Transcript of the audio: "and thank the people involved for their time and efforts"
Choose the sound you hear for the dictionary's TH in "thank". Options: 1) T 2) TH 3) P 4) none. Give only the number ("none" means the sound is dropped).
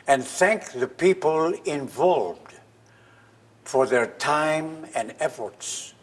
2